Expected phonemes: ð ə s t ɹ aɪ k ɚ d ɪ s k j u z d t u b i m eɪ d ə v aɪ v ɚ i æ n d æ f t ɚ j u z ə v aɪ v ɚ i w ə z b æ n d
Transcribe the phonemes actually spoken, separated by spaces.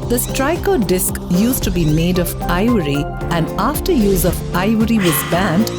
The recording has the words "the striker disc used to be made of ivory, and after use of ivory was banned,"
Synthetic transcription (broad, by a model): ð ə s t ɹ aɪ k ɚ d ɪ s k j u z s t u b i m eɪ d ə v aɪ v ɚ i æ n d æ f t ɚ j u z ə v aɪ v ɚ i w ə z b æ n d